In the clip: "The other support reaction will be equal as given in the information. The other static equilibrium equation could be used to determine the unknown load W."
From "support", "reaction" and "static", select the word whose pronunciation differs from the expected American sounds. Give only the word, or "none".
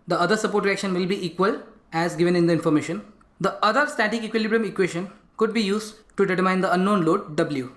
none